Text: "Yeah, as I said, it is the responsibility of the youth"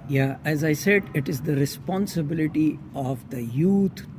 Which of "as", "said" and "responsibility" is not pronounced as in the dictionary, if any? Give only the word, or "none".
none